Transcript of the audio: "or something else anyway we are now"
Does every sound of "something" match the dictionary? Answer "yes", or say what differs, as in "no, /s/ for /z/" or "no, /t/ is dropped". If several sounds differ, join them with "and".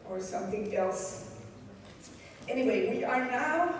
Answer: yes